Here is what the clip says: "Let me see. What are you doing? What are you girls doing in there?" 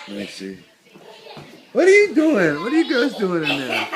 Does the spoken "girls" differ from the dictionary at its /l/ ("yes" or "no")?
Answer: yes